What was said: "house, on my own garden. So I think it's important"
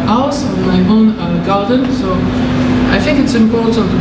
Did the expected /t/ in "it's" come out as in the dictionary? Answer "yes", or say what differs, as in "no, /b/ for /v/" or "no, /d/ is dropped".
yes